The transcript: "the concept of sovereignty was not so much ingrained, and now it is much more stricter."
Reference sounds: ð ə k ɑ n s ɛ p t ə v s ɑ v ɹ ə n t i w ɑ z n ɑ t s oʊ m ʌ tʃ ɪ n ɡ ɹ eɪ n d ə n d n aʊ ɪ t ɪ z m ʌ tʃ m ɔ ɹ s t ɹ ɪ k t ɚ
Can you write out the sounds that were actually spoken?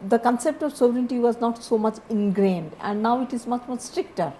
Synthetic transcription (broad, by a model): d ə k ɑ n s ɛ p t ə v s ɑ v ɹ ə n t i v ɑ z n ɑ t s oʊ m ʌ tʃ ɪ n ɡ ɹ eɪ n d ə n d n aʊ ɪ t ɪ z m ʌ tʃ m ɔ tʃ s t ɹ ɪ k t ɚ